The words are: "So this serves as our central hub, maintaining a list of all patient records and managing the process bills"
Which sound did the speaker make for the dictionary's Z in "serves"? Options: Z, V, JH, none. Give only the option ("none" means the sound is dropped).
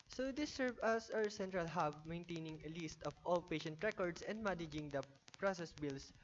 none